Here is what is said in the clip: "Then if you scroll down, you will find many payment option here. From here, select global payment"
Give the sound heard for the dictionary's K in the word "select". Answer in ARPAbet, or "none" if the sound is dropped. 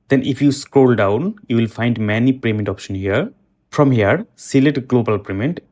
none